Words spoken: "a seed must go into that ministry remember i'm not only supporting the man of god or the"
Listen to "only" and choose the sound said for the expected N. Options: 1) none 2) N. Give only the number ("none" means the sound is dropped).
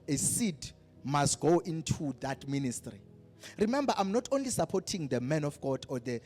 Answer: 2